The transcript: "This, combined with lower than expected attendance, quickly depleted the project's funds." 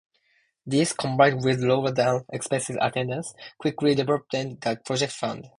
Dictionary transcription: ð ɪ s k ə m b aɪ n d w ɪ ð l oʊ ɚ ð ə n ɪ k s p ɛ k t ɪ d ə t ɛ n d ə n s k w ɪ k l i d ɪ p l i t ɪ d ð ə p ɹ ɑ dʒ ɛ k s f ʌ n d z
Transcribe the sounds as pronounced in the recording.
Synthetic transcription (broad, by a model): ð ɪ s k ə m b aɪ n d w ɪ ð l oʊ ɚ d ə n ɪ k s p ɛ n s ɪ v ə t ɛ n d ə s k w ɪ k l i d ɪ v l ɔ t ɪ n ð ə p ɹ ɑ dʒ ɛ k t f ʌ n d